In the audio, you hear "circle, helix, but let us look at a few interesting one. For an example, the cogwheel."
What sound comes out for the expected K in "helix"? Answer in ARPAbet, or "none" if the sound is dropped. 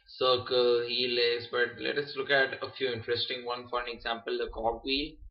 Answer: none